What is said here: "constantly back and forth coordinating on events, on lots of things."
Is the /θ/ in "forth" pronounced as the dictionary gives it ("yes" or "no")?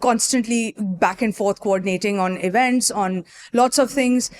no